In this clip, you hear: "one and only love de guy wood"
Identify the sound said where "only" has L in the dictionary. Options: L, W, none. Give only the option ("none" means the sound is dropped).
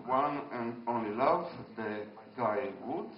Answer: L